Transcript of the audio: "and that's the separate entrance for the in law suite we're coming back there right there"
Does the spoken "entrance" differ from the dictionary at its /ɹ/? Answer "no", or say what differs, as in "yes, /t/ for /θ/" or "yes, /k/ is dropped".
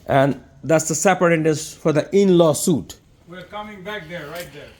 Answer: yes, /ɹ/ is dropped